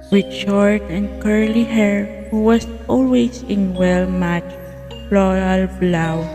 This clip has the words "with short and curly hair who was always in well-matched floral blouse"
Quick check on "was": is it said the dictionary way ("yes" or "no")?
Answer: no